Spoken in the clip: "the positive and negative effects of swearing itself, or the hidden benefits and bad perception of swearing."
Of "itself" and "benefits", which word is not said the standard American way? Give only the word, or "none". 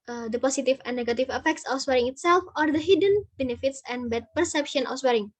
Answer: none